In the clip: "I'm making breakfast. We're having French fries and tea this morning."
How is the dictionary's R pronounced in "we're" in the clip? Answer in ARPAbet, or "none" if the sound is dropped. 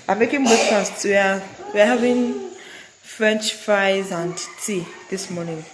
W